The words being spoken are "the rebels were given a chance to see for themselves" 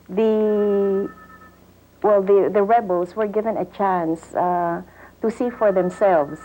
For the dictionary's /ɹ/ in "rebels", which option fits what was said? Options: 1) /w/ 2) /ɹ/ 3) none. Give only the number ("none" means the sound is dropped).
1